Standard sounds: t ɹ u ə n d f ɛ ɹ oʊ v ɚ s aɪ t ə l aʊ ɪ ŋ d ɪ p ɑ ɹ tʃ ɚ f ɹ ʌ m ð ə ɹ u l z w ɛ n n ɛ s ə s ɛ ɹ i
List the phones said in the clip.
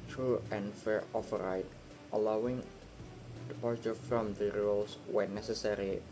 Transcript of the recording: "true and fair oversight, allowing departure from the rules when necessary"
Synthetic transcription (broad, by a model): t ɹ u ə n f ɛ ɹ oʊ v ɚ aɪ t ə l aʊ ɪ ŋ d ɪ p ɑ ɹ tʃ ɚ f ɹ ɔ m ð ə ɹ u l s w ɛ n n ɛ s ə s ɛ ɹ i